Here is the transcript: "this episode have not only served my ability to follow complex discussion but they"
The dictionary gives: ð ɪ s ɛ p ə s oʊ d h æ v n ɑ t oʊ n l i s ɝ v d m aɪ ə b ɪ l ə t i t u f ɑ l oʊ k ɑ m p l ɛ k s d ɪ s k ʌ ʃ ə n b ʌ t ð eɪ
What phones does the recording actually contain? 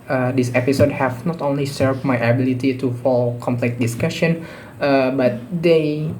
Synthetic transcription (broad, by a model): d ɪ s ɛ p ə s oʊ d h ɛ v n ɑ t oʊ n l i s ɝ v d m aɪ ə b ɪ l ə t i t u f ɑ l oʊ k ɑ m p l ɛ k d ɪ s k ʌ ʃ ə n b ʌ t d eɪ